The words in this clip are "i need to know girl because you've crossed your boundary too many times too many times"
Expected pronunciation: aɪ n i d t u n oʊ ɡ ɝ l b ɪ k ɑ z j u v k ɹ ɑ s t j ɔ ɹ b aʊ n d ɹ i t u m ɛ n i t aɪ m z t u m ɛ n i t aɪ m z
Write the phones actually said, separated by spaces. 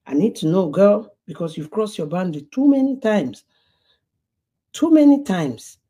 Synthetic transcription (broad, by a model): aɪ n i d t u n oʊ ɡ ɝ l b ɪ k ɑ s j u v k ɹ ɑ s j ɔ b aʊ n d l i t u m ɛ n i t aɪ m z t u m ɛ n i t aɪ m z